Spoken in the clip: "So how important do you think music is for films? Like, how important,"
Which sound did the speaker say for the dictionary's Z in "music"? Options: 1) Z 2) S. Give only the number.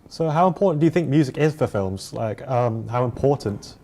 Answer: 1